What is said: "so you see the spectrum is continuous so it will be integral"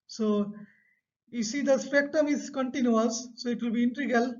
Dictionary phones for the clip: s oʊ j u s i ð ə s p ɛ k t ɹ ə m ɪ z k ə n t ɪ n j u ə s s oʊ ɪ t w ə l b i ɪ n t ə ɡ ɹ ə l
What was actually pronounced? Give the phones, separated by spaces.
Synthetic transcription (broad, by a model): s oʊ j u s i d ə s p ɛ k t ə m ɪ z k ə n t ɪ n j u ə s s oʊ ɪ t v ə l b i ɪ n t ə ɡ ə l